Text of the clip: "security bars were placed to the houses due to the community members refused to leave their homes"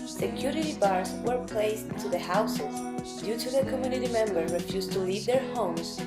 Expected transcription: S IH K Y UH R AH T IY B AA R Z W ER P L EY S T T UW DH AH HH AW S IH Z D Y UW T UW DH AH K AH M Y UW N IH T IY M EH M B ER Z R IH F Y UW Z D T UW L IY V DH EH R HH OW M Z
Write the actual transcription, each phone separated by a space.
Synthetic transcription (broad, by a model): S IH K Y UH R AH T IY B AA R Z W ER P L EY S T T UW DH AH HH AW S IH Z D Y UW T UW DH AH K AH M Y UW N IH T IY M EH M B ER R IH F Y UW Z T UW L IY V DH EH R HH OW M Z